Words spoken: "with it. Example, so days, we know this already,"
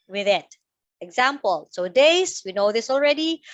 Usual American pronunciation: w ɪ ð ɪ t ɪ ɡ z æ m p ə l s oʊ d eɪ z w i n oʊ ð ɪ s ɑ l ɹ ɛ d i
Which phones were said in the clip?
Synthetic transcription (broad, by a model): w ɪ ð ɪ t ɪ ɡ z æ m p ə l s oʊ d eɪ s w i n oʊ ð ɪ s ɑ l ɹ ɛ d i